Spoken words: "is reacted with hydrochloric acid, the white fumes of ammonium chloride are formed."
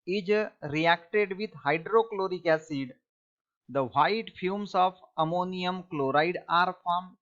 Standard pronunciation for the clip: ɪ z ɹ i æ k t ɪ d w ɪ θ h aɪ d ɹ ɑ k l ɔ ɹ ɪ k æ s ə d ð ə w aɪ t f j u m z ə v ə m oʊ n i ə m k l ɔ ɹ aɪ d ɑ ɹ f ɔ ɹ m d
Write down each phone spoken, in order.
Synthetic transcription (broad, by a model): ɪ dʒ ɹ i æ k t ɪ d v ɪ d h aɪ d ɹ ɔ k l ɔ ɹ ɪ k æ s ə d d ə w aɪ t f j u m s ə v ə m oʊ n i ə m k l ɔ ɹ aɪ d ɑ ɹ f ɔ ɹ m